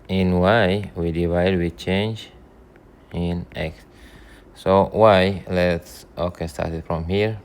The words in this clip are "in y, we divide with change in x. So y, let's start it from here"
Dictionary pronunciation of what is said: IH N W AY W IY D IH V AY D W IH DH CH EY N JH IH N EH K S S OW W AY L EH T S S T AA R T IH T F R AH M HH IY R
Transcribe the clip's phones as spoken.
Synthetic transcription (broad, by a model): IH N W AY W IY D IH V AY D W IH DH CH EY N JH IH N EH K S S OW W AY L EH T S S T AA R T IH T F R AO M HH IY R